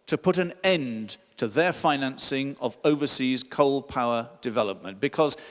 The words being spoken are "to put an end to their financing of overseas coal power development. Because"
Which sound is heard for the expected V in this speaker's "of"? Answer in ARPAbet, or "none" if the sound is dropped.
V